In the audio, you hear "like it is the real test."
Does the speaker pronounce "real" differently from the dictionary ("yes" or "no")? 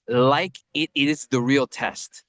no